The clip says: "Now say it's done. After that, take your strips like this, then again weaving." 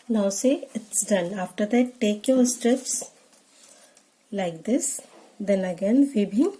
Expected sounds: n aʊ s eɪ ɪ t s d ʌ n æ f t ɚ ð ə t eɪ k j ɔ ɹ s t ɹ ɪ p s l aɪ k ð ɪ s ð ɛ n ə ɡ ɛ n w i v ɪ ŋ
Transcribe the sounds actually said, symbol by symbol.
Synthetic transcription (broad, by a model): n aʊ s eɪ ɪ t s d ʌ n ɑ f t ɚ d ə t eɪ k j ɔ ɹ s t ɹ ɪ p s l aɪ k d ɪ s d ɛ n ə ɡ ɛ n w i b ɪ